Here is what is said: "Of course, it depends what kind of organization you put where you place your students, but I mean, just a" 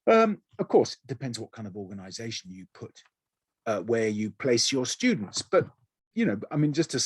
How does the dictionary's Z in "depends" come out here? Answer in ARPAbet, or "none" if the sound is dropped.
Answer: Z